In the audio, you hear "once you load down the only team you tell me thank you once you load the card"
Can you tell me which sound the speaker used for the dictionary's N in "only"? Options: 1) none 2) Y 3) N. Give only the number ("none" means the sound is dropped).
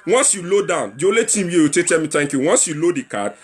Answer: 1